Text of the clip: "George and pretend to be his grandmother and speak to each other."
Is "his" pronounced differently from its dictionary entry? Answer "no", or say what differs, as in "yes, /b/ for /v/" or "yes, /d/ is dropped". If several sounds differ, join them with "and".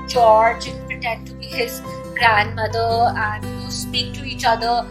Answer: no